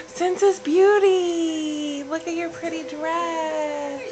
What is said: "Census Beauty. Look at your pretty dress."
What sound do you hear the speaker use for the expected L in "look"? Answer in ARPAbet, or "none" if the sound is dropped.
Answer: L